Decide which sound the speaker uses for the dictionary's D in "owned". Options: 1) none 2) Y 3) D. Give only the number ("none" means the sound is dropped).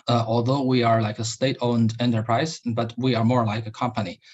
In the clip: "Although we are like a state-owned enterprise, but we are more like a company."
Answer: 3